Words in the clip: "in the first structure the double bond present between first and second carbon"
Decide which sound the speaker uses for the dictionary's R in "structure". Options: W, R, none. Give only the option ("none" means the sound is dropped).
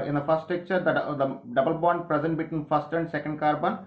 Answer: none